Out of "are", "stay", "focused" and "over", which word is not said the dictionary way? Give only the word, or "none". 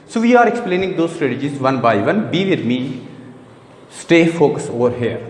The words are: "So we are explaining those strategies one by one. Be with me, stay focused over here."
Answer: focused